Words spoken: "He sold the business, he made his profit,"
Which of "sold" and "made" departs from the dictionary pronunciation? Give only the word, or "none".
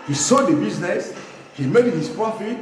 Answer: sold